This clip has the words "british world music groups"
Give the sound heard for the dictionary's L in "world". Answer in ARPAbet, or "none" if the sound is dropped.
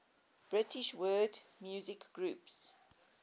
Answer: none